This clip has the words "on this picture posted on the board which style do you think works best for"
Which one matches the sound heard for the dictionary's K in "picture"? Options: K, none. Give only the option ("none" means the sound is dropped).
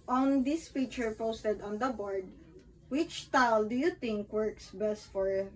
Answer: none